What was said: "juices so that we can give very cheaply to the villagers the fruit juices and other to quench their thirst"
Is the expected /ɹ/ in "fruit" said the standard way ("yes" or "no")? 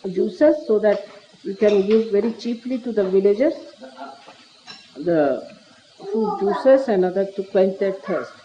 no